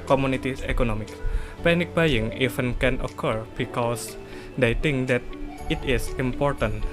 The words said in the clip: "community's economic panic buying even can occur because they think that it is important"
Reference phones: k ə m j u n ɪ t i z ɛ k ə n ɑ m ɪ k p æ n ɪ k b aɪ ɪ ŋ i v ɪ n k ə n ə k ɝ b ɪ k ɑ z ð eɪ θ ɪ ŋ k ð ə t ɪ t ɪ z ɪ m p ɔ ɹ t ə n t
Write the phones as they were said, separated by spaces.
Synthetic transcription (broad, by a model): k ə m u n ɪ t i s ɛ k ə n ɑ m ɪ k p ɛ n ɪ k b aɪ ɪ ŋ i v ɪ n k ə n ə k ɝ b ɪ k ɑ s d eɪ t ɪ ŋ k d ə t ɪ t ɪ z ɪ m p ɔ ɹ t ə n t